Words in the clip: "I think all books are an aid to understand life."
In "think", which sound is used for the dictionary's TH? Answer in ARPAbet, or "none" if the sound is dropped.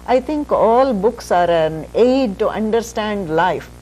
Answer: T